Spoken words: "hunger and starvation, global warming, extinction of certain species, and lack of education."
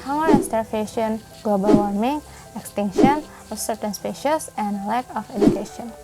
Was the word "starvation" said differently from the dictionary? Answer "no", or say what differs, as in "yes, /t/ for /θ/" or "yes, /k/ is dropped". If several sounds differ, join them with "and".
yes, /f/ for /v/